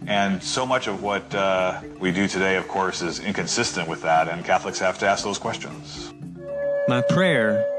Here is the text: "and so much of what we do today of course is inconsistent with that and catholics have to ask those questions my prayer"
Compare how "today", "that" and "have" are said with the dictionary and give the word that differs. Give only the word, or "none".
have